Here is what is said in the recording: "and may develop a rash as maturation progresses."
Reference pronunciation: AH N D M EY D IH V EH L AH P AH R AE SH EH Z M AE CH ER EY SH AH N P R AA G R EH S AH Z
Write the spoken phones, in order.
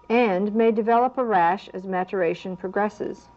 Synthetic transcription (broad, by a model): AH N M EY D IH V EH L AH P AH R AE SH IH Z M AE CH ER EY SH AH N P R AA G R EH S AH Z